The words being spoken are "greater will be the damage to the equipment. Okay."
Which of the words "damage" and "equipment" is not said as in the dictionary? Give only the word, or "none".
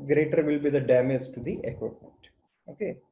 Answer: equipment